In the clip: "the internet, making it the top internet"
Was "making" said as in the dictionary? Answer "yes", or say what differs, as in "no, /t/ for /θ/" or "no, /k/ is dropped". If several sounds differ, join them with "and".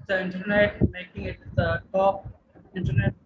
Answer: yes